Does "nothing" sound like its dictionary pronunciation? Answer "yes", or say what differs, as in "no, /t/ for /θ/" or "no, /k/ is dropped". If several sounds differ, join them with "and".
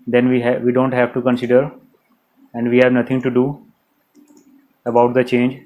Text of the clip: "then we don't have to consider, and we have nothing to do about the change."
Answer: no, /t/ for /θ/